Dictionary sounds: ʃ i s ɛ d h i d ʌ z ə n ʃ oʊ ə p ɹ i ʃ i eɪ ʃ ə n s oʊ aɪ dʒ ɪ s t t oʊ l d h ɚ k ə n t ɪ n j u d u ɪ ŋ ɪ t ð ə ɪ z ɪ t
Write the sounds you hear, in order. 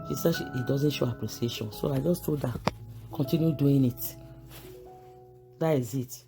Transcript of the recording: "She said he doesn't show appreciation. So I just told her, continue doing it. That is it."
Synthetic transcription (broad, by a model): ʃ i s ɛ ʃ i d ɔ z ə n ʃ oʊ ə p ɹ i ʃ i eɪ ʃ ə n s oʊ aɪ dʒ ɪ s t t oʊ d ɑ k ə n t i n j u d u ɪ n ɪ t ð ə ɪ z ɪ t